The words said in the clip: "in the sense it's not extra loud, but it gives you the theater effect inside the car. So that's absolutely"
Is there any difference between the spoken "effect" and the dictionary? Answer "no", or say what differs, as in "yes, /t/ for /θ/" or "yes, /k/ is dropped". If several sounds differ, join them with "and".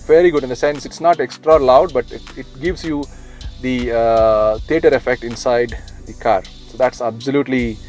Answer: no